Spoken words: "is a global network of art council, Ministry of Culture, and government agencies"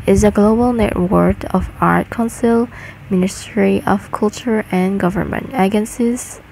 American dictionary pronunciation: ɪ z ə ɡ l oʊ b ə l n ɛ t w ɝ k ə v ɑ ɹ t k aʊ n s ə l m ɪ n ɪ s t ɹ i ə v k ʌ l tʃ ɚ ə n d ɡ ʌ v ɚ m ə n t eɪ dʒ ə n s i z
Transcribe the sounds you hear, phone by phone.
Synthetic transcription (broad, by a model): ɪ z ə ɡ l oʊ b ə l n ɛ t w ɝ k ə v ɑ ɹ t k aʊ n s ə l m ɪ n ɪ s t ɹ i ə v k ʌ l tʃ ɚ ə n ɡ ʌ v ɚ m ə n t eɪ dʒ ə n s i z